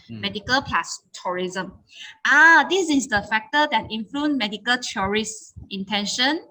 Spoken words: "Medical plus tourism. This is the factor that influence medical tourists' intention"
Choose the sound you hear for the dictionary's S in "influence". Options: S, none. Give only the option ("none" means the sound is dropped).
none